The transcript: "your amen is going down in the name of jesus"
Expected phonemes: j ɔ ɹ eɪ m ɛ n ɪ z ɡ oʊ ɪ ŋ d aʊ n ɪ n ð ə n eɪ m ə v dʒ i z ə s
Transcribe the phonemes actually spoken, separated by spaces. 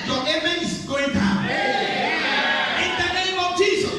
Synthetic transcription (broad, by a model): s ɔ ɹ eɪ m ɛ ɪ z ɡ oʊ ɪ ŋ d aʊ ɪ n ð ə n eɪ m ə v dʒ i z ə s